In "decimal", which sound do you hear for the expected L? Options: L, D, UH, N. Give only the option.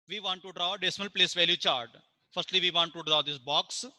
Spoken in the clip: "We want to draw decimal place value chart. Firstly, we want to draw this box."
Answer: L